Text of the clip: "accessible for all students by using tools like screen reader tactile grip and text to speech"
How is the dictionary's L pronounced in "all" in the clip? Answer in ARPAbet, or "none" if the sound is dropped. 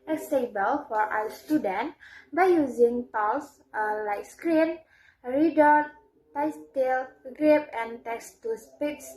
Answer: W